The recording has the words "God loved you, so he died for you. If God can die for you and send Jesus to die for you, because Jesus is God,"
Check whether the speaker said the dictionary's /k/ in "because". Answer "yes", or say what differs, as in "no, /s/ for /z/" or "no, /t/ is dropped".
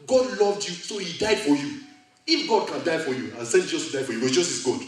no, /k/ is dropped